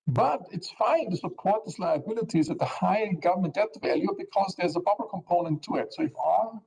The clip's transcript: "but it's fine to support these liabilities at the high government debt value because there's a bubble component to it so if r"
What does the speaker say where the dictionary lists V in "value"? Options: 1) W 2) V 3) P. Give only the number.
2